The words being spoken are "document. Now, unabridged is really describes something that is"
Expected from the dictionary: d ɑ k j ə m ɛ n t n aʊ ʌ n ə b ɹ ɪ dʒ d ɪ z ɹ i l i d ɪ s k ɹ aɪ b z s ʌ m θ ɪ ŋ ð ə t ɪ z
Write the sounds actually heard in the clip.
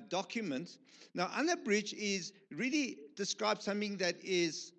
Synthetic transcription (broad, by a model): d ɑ k j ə m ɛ n t n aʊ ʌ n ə b ɹ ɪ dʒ ɪ z ɹ i l i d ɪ s k ɹ aɪ b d s ʌ m θ ɪ ŋ ð ə t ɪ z